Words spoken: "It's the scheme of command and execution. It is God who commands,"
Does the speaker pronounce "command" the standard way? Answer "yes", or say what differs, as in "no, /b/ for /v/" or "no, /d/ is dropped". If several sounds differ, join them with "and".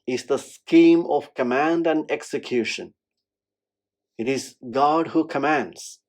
yes